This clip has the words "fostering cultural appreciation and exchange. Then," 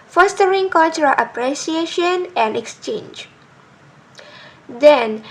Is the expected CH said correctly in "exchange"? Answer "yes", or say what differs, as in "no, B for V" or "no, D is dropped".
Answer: yes